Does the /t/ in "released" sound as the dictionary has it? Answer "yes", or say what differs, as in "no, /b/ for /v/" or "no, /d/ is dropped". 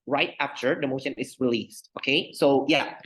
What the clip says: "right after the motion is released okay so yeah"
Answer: yes